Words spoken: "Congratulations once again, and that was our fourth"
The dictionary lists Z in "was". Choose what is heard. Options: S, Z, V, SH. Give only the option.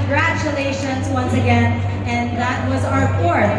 Z